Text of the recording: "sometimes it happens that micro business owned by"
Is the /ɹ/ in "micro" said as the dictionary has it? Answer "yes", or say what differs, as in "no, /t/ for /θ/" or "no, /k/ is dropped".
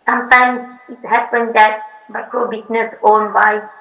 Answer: no, /ɹ/ is dropped